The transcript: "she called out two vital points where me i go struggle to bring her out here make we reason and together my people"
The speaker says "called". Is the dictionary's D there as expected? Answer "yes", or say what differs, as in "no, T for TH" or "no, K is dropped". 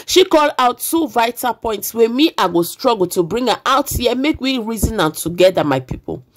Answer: no, D is dropped